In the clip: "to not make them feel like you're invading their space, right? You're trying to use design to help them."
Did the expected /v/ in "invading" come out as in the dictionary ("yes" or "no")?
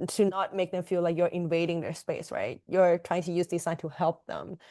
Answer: yes